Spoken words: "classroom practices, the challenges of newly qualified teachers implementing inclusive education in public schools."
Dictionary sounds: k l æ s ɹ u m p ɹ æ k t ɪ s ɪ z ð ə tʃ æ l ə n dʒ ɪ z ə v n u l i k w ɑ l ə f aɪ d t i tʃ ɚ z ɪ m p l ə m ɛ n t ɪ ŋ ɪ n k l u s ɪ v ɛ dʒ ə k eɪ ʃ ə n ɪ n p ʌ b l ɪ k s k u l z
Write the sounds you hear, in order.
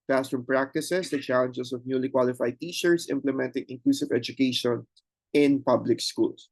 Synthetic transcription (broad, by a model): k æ s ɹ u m p ɹ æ k t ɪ s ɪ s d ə tʃ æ l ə n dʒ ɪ s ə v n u l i k w ɑ l ə f aɪ d t i ʃ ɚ s ɪ m p l ə m ɛ n t ɪ ŋ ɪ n k l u s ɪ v ɛ dʒ ə k eɪ ʃ ə n ɪ n p ʌ b l ɪ k s k u l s